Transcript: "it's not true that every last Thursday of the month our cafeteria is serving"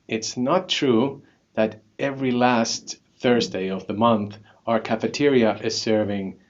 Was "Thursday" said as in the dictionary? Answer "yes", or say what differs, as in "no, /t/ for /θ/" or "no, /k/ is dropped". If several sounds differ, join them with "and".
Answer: yes